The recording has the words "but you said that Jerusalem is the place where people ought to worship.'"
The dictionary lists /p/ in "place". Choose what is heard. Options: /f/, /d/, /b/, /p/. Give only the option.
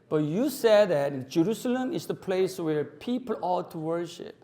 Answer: /p/